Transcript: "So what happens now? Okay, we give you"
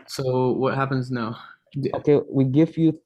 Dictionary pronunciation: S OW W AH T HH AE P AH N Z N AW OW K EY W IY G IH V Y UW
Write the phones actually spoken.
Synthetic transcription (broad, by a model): S OW W AH T HH AE P AH N Z N AW OW K EY W IY G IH F Y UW